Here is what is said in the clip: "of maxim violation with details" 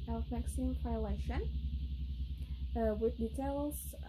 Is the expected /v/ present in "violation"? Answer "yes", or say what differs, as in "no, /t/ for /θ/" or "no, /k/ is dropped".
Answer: no, /f/ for /v/